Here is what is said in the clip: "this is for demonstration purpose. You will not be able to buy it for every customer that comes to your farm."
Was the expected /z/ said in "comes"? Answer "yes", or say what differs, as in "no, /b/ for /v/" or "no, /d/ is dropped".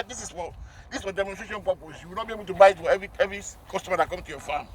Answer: no, /z/ is dropped